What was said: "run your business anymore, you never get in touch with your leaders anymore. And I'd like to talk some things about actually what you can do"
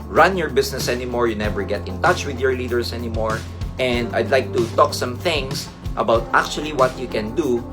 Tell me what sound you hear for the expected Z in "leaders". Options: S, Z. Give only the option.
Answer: S